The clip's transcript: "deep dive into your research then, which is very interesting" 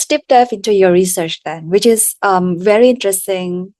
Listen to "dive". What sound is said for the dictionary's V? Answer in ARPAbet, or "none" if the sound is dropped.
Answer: F